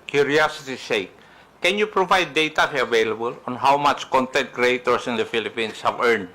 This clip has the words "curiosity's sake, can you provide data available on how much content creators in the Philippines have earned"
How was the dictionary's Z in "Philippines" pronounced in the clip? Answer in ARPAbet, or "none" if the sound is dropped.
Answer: S